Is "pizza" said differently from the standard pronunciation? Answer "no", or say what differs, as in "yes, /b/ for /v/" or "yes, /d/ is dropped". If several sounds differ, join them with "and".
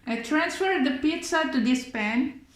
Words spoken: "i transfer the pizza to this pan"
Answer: no